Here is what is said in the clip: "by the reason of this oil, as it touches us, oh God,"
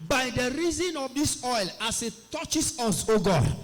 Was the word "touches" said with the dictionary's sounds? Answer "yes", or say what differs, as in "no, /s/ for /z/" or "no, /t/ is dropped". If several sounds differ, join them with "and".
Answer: no, /s/ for /z/